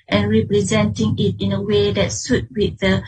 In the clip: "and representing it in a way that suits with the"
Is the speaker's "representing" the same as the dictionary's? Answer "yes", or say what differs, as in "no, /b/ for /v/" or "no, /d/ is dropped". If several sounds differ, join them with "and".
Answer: yes